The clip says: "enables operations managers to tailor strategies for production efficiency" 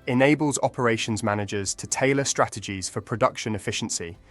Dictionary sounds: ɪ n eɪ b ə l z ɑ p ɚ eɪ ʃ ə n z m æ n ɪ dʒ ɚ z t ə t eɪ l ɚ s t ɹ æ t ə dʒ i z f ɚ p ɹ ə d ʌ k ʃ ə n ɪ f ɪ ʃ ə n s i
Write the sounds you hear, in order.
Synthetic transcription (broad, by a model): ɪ n eɪ b ə l z ɑ p ɚ eɪ ʃ ə n z m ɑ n ɪ dʒ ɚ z t ə t eɪ l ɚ s t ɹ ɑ t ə dʒ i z f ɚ p ɹ ə d ʌ k ʃ ə n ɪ f ɪ ʃ ə n s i